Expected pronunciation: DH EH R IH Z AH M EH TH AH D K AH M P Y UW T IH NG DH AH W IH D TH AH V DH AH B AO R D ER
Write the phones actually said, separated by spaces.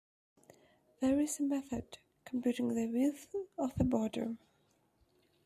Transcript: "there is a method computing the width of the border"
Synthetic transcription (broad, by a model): DH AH R IH Z AH M EH TH AH D K AH M P Y UW T IH NG DH AH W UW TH AH V DH AH B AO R D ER